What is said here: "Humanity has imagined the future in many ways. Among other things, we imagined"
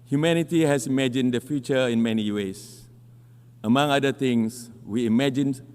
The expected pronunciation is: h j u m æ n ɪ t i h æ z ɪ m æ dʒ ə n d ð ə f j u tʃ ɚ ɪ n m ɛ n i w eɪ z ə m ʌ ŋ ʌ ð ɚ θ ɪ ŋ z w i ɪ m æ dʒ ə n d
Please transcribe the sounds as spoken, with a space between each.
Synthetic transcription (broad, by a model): h j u m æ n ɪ t i h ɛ s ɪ m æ dʒ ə n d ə f j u tʃ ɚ ɪ n m ɛ n i w eɪ s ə m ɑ ŋ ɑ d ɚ t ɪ ŋ s w i m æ dʒ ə n